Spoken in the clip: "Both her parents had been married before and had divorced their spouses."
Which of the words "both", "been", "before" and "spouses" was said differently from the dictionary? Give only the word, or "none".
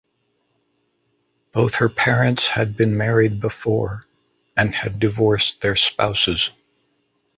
none